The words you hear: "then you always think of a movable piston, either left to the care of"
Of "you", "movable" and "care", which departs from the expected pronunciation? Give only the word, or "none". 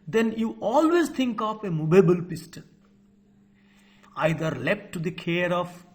movable